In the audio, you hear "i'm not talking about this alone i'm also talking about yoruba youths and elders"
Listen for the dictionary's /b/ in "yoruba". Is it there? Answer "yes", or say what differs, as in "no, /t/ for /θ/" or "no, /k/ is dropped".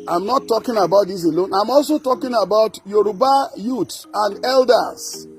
yes